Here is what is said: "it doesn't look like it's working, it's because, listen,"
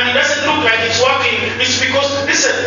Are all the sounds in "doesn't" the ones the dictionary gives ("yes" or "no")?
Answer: no